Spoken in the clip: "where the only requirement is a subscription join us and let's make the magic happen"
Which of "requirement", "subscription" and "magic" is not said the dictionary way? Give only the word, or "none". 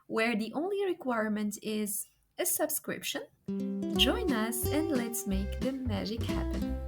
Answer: none